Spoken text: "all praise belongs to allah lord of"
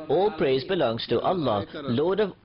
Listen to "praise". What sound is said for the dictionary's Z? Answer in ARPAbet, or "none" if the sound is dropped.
Z